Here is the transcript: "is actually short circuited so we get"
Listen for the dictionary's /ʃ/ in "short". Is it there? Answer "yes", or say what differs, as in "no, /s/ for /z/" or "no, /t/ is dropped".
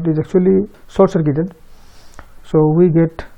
no, /s/ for /ʃ/